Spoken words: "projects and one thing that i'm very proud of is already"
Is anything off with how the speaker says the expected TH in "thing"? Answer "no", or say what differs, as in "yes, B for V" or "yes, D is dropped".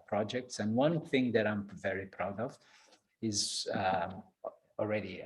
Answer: no